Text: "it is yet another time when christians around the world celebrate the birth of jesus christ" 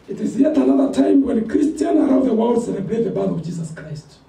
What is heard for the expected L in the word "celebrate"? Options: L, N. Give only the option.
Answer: N